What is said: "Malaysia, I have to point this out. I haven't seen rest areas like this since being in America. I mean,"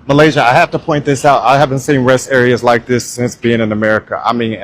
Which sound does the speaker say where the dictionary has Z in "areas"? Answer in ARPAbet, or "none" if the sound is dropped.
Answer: Z